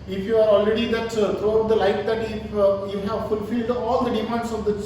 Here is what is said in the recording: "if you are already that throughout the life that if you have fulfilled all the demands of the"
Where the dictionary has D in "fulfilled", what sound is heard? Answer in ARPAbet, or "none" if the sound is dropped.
D